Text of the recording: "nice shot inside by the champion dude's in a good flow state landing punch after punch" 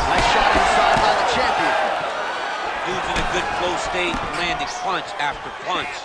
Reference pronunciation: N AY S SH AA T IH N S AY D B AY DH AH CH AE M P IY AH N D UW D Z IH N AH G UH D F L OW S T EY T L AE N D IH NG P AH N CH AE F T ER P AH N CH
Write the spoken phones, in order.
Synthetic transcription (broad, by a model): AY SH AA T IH S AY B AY DH AH CH AE M P IY AH N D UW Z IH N AH G UH D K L OW S T EY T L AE N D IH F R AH N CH AE F T ER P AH N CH